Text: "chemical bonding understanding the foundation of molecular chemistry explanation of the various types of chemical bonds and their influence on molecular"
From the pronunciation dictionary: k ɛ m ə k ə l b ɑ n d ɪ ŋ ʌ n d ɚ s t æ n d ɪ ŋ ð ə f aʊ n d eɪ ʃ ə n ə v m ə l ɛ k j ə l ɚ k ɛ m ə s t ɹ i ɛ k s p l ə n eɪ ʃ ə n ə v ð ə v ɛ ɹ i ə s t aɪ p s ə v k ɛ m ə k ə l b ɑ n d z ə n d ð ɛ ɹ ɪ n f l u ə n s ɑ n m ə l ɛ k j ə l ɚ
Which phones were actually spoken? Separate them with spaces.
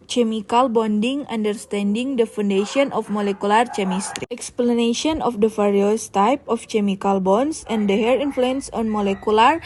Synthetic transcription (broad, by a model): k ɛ m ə k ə l b ɑ n d ɪ ŋ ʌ n d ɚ s t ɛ n d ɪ ŋ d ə f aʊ n d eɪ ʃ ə n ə f m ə l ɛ k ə l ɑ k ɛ m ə s t ɹ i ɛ k s p l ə n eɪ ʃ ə n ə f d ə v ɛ ɹ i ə s t aɪ p ə f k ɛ m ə k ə l b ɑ n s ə n d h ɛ ɹ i n f l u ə n s ɑ n m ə l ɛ k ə l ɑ